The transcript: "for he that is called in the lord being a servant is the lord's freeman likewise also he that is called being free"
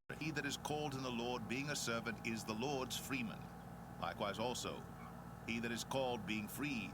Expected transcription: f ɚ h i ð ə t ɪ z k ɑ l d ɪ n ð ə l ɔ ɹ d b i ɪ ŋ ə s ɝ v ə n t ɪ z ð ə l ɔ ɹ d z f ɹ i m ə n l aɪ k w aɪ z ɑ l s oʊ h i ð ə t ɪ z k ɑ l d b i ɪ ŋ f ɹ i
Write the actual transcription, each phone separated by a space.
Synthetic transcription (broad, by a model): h i ð ə t ɪ z k ɑ l d ɪ n ð ə l ɔ ɹ d b i ɪ ŋ ə s ɝ v ə n t ɪ z ð ə l ɔ ɹ d z f ɹ i m ə n l aɪ k w aɪ z ɑ l s oʊ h i ð ə t ɪ z k ɑ l d b i ɪ ŋ f ɹ i